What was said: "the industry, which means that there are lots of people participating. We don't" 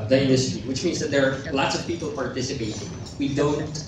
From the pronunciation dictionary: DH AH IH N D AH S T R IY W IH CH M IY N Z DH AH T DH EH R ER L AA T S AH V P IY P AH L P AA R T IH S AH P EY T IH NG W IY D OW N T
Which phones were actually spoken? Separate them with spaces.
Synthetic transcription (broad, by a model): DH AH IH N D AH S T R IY W IH CH M IY N Z DH AH T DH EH R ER L AA T S AH V P IY P L P AA R T IH S AH P EY T IH NG W IY D OW N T